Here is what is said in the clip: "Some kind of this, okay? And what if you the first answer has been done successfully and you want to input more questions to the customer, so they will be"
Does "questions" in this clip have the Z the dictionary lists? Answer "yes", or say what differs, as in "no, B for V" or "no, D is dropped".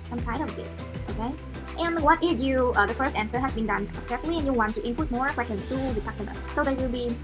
no, S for Z